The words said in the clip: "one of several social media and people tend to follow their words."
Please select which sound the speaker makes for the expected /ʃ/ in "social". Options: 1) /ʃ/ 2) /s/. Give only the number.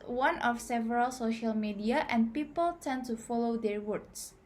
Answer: 1